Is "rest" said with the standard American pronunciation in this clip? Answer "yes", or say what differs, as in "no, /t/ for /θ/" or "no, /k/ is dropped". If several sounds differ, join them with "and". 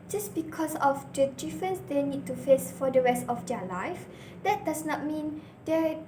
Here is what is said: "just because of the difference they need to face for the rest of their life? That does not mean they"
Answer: yes